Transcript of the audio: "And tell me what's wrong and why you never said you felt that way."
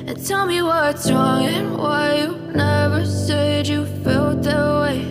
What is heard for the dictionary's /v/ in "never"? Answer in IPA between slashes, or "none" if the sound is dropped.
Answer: /v/